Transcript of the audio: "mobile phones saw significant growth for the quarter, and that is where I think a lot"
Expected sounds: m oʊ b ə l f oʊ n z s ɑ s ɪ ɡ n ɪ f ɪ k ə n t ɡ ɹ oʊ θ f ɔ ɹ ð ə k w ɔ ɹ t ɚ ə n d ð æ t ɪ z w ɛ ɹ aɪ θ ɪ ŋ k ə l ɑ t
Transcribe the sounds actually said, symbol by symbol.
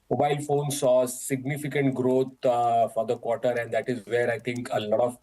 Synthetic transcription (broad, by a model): m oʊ b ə l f oʊ n s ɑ s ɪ ɡ n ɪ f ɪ k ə n t ɡ ɹ oʊ t f ɔ ɹ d ə k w ɔ ɹ t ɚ ə n d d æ t ɪ z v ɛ ɹ aɪ t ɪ ŋ k ə l ɑ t